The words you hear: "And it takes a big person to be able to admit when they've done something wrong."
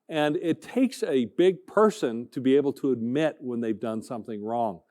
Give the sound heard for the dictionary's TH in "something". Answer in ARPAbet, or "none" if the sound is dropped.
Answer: TH